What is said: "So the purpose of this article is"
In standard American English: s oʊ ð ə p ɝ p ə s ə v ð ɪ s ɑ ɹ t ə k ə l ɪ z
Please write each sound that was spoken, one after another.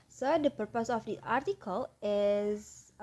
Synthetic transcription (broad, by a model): s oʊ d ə p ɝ p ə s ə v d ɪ ɑ ɹ t ə k ə l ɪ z